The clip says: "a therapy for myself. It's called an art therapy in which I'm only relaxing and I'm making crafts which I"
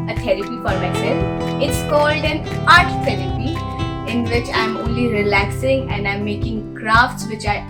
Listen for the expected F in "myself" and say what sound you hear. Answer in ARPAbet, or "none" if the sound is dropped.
none